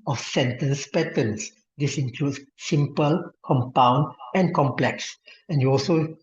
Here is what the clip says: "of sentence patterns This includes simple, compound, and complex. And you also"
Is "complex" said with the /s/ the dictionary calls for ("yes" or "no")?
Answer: yes